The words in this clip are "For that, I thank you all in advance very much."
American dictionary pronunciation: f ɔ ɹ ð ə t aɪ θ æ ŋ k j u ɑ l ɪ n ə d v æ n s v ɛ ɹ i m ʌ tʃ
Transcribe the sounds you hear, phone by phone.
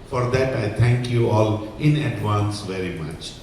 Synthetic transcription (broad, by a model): f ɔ ɹ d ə t aɪ t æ ŋ k j u ɑ l ɪ n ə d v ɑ n s v ɛ ɹ i m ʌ tʃ